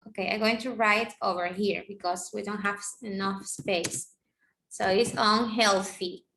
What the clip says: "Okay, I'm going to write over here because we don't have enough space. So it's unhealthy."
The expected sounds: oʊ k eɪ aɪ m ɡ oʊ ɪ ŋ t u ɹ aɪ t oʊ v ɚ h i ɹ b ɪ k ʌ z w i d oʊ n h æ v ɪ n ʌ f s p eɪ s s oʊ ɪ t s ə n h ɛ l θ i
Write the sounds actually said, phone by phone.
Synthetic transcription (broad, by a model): oʊ k eɪ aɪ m ɡ oʊ ɪ ŋ t u ɹ aɪ t oʊ v ɚ h i ɹ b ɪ k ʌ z w i d oʊ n h æ v ɪ n ʌ f s p eɪ s s oʊ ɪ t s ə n h ɛ l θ i